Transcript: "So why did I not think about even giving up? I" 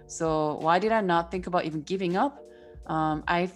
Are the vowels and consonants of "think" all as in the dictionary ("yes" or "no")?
yes